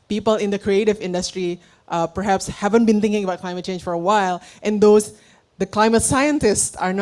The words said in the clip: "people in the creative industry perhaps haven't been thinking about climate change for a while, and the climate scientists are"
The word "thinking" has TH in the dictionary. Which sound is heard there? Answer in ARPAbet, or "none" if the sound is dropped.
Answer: T